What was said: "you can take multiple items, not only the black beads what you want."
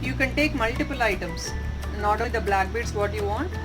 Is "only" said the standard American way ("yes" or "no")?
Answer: no